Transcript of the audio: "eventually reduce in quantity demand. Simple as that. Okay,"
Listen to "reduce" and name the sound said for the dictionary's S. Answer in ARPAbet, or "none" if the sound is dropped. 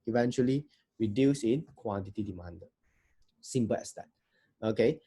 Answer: S